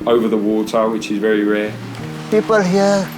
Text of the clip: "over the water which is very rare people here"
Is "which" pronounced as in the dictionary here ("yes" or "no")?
yes